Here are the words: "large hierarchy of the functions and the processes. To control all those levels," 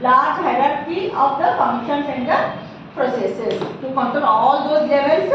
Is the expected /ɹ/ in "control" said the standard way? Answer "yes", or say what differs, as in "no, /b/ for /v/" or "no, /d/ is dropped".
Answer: no, /ɹ/ is dropped